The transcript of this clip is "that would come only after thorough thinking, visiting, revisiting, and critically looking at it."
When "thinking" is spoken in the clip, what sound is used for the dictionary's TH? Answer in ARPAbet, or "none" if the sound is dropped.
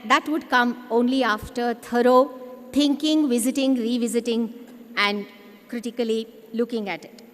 T